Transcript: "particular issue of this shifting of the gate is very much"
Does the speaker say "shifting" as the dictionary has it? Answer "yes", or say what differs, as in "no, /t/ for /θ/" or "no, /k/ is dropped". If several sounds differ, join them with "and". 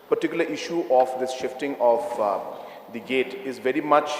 yes